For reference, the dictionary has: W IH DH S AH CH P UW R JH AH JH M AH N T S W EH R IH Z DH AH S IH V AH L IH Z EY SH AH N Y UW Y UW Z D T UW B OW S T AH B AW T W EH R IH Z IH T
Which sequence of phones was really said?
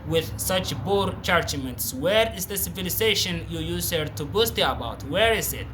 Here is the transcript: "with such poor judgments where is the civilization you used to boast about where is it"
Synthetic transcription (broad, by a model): W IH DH S AH CH B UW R CH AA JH M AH N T S W EH R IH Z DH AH S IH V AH L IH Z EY SH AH N Y UW Y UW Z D T UW B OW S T AH B AW T W EH R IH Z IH T